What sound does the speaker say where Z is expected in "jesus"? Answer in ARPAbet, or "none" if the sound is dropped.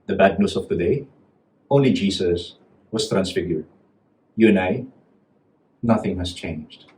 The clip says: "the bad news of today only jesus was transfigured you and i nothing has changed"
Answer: S